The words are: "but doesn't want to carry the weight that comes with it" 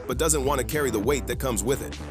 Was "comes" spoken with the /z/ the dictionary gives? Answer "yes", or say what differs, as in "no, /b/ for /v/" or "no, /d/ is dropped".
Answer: yes